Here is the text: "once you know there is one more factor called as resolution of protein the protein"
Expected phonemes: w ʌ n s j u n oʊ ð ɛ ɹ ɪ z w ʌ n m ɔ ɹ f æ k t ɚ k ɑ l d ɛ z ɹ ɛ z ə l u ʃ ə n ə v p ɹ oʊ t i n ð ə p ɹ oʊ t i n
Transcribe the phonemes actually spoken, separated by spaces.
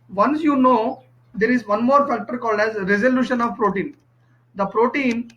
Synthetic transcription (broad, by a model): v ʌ n s j u n oʊ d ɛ ɹ ɪ z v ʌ n m ɔ ɹ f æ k t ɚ k ɑ l d ɛ z ɹ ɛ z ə l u ʃ ə n ə v p ɹ oʊ t i n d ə p ɹ oʊ t i n